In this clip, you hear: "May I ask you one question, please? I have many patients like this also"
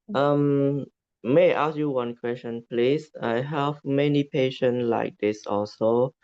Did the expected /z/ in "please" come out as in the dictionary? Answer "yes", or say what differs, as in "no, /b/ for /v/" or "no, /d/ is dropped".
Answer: no, /s/ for /z/